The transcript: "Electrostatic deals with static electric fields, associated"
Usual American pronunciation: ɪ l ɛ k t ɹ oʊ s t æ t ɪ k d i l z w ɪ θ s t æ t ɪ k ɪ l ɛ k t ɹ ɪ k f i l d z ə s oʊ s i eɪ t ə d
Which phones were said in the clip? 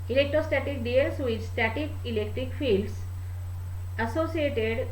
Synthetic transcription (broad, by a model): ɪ l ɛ k t ɹ oʊ s t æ t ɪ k d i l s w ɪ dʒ s t æ t ɪ k ɪ l ɛ k t ɹ ɪ k f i l d s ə s oʊ s i eɪ t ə d